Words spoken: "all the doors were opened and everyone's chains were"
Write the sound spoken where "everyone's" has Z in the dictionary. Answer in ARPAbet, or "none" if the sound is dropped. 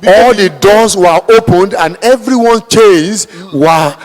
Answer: none